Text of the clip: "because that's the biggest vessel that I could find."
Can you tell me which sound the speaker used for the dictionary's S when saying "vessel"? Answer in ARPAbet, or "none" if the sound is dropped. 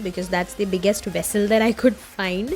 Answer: S